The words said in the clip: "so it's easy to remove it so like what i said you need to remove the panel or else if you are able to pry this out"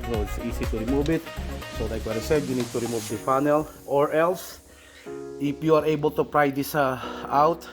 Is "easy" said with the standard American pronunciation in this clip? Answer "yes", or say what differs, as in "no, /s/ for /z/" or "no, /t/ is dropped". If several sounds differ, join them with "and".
no, /s/ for /z/